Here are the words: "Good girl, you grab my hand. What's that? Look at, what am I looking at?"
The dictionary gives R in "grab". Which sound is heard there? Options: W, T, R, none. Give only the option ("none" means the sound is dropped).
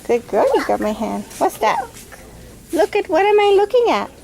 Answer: none